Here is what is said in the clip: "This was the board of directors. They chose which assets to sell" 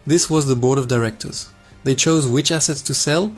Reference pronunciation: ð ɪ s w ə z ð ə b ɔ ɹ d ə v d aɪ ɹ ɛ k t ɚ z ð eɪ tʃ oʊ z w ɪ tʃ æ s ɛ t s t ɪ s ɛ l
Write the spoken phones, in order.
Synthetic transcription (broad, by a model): ð ɪ s w ə z ð ə b ɔ ɹ d ə v d aɪ ɹ ɛ k t ɚ z ð eɪ tʃ oʊ z w ɪ tʃ æ s ɛ t s t ɪ s ɛ l